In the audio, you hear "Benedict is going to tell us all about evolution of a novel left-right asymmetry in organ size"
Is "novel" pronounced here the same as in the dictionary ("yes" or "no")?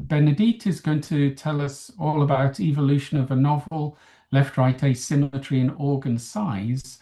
yes